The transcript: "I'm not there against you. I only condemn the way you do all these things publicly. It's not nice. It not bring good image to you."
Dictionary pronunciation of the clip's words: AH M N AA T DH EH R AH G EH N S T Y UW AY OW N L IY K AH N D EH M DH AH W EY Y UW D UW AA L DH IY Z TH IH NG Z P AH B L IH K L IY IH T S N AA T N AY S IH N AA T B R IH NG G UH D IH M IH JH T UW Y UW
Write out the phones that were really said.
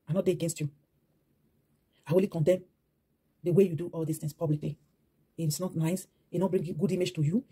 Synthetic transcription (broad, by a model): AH N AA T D EH AH G EH N S T Y UW AY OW L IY K AH N D EH M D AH W EY Y UW D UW AA L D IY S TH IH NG S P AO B L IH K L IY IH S N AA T N AY S IH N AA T B R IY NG G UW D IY M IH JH T UW Y UW